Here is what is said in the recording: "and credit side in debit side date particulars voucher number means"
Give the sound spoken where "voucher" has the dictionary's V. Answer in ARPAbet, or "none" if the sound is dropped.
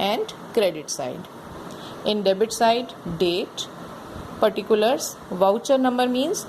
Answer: V